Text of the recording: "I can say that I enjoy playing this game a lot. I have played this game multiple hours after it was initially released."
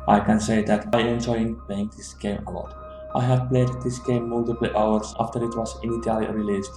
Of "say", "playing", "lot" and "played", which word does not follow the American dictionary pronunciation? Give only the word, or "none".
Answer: none